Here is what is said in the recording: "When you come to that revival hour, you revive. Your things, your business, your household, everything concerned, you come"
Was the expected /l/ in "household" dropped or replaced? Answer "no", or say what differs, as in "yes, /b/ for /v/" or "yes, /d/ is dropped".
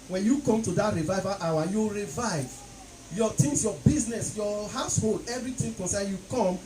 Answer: no